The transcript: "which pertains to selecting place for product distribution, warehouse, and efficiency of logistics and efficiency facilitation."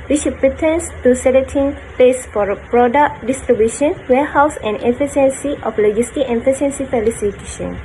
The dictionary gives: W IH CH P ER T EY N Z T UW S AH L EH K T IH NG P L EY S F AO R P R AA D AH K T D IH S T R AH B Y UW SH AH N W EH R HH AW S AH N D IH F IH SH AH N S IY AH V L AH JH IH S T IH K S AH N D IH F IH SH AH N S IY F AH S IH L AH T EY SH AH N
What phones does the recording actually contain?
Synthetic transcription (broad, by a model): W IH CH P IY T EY N S T UW S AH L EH T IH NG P EY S F AO R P R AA D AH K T D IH S T R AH B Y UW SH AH N W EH HH AW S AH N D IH F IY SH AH N S IY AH F L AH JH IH S T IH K AH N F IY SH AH N S IY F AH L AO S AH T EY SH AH N